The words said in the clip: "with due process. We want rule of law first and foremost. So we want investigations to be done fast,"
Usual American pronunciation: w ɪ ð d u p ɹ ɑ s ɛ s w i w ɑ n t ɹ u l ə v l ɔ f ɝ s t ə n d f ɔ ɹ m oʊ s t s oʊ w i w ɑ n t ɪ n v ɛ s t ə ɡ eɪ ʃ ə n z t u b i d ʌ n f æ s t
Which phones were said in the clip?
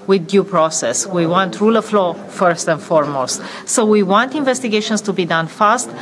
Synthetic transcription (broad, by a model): w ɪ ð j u p ɹ ɑ s ɛ s w i w ɑ n t ɹ u l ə f l ɔ f ɝ s t ə n d f ɔ ɹ m oʊ s t s oʊ w i w ɑ n t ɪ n v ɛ s t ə ɡ eɪ ʃ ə n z t u b i d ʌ n f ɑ s t